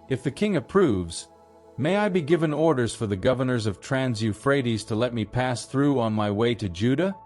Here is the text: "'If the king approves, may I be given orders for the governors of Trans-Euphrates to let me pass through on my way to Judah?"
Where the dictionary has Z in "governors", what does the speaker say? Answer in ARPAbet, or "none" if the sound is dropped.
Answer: Z